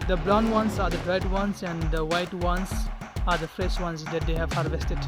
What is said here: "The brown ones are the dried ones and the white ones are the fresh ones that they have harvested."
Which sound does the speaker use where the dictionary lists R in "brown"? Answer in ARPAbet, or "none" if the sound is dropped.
L